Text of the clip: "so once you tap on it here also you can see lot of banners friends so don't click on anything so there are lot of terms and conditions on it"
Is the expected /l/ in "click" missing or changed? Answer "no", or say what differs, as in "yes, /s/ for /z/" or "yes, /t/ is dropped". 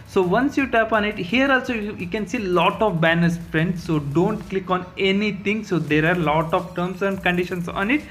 no